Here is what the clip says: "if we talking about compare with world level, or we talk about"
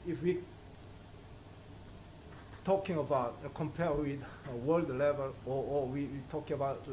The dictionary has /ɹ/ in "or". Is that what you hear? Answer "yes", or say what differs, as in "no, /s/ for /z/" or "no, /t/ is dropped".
no, /w/ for /ɹ/